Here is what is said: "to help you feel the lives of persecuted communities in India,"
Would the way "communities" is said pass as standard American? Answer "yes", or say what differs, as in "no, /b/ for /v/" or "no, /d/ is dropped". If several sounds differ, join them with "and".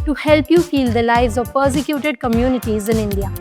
yes